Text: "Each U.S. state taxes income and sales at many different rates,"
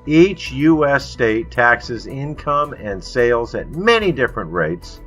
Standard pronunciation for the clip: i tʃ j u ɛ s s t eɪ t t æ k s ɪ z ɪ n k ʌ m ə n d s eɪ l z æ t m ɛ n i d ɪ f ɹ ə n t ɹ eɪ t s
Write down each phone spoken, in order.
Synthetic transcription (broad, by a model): i tʃ j u ɛ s s t eɪ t t æ k s ɪ z ɪ n k ʌ m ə n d s eɪ l z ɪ t m ɛ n i d ɪ f ɹ ə n t ɹ eɪ t s